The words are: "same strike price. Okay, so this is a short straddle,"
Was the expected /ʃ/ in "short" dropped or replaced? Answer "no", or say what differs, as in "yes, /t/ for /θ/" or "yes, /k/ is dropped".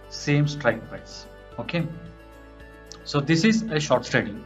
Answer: no